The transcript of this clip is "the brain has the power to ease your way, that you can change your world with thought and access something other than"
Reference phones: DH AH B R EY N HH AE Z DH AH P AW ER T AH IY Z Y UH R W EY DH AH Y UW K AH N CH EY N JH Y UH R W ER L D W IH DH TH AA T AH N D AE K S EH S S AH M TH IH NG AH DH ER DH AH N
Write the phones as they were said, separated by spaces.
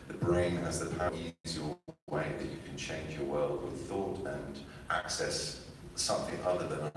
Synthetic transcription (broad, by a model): DH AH B R EY N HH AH Z DH AH P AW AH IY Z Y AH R W EY DH AH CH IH K AH N CH EY N JH Y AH R W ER L D W IH DH TH AA T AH N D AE K S EH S S AH M TH IH NG AH DH ER DH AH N